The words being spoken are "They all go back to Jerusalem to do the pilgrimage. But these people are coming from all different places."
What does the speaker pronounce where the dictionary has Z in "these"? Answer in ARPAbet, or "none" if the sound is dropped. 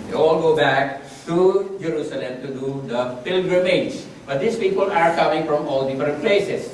S